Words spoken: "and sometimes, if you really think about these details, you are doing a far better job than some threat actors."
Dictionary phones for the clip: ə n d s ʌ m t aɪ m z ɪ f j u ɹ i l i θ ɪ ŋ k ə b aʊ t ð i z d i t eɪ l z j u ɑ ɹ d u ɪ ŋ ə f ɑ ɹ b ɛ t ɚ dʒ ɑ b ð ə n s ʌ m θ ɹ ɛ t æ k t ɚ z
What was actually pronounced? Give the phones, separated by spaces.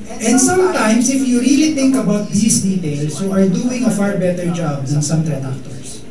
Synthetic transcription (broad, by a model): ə n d s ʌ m t aɪ m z ɪ f j u ɹ i l i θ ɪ ŋ k ə b aʊ t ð i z d i t eɪ l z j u ɑ ɹ d u ɪ ŋ ə f ɑ ɹ b ɛ t ɚ dʒ ɑ b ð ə n s ʌ m t ɹ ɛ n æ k t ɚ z